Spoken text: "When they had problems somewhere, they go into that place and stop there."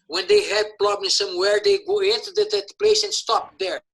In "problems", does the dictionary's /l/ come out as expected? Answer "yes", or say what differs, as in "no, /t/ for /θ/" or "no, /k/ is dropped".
no, /n/ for /l/